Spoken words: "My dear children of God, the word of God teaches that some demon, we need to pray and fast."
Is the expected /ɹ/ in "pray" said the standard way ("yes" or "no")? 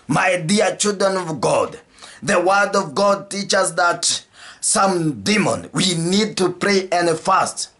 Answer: yes